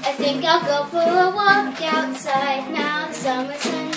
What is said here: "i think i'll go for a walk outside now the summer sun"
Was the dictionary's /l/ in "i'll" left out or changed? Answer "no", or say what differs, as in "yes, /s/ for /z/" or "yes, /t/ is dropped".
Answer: no